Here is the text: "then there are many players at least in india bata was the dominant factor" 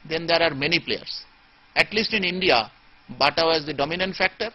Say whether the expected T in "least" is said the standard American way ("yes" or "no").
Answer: yes